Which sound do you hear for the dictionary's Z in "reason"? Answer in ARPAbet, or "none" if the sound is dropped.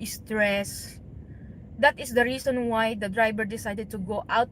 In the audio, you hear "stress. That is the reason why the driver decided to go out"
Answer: S